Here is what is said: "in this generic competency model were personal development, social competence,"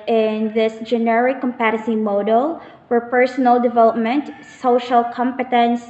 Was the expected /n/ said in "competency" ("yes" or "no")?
no